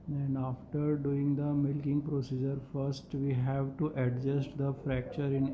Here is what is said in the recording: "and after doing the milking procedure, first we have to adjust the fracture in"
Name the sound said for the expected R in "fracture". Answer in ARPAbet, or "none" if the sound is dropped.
R